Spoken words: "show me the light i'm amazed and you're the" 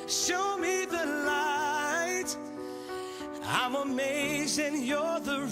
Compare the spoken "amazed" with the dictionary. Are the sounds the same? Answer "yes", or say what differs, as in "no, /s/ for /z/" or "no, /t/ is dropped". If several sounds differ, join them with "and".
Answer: no, /d/ is dropped